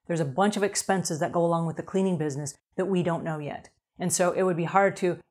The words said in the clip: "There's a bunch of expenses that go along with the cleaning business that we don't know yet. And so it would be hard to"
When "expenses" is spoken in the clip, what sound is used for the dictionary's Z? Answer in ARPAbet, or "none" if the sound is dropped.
Z